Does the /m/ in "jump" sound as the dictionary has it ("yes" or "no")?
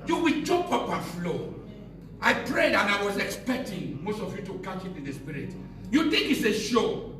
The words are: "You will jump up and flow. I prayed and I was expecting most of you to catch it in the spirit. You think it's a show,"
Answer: no